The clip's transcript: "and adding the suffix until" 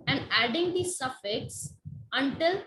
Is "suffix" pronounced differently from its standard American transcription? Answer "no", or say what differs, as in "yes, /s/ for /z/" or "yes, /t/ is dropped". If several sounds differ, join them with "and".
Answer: no